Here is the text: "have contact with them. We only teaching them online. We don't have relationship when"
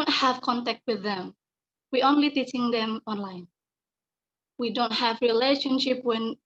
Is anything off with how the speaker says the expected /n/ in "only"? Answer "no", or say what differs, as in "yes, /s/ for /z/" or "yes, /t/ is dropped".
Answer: no